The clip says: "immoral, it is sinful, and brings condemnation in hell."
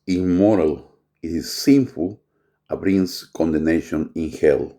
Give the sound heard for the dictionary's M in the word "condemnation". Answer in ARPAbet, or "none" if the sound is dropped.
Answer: none